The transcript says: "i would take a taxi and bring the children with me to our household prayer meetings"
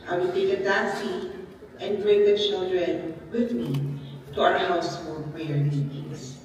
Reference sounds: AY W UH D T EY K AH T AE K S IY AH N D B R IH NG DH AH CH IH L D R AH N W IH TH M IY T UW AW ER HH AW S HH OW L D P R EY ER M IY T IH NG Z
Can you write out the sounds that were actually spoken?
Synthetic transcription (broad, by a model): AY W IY T EY K AH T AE S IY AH N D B R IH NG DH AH CH IH L D R AH N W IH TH M IY T UW AW ER HH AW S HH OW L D P R EY ER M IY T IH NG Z